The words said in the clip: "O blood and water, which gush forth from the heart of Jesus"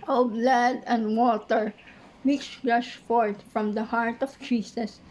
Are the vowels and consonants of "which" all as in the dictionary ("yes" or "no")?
no